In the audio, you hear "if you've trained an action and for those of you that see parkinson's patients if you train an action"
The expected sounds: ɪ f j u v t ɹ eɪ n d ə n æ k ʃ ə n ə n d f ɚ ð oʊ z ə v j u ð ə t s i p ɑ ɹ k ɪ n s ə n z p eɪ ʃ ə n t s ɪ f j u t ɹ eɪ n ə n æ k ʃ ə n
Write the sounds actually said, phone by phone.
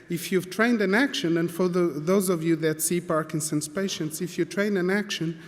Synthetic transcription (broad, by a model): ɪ f j u v t ɹ eɪ n d ə n æ k ʃ ə n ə n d f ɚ ð oʊ z ə v j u ð ə t s i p ɑ ɹ k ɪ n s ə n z p eɪ ʃ ə n t s ɪ f j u t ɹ eɪ n ə n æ k ʃ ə n